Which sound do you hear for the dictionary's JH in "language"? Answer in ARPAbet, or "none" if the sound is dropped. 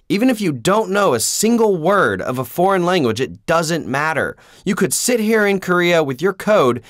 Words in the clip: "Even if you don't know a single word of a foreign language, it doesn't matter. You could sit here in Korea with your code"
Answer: JH